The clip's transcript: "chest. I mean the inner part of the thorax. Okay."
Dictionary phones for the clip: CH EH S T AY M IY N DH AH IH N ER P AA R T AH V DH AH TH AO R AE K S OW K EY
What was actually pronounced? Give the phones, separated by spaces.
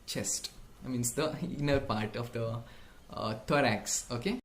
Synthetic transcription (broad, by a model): CH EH S T M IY N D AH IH N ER P AA R T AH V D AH T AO R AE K S OW K EY